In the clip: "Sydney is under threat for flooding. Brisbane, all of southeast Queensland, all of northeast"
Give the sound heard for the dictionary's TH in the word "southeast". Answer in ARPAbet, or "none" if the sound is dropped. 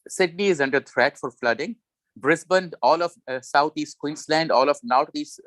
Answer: T